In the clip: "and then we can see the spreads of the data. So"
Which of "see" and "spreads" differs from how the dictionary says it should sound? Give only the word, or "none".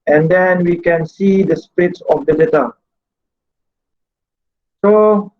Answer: spreads